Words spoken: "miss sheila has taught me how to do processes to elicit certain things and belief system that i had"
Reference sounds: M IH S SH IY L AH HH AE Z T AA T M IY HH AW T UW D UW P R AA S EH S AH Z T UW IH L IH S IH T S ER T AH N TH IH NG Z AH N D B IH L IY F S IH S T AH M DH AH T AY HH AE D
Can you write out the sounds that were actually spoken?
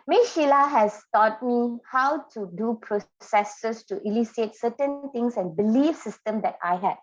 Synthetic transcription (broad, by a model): M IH SH IY L AH HH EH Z T AA T M IY HH AW T UW D UW P R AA S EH S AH S T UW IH L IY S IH T S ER T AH N T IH NG S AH N B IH L IY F S IH S T AH M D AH T AY HH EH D